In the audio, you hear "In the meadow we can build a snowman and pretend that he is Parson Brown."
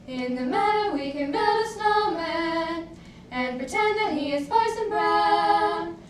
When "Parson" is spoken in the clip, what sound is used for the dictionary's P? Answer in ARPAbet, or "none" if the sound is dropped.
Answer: F